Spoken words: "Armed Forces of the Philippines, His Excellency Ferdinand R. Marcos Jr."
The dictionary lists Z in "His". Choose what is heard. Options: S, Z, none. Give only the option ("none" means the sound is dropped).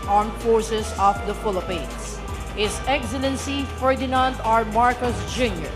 S